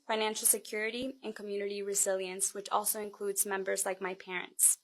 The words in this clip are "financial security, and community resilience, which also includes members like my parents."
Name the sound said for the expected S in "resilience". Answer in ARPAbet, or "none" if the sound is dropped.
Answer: S